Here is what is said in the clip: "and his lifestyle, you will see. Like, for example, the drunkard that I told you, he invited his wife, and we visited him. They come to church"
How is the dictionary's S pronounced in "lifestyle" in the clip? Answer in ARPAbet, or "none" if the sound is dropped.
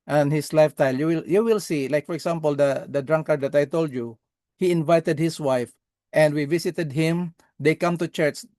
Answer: none